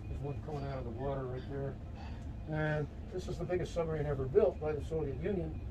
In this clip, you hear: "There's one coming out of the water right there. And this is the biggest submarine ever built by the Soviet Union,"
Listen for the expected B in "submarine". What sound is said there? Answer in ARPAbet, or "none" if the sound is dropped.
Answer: none